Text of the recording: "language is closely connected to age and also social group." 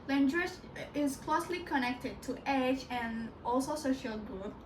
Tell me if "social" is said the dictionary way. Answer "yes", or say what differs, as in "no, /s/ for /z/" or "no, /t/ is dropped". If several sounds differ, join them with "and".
yes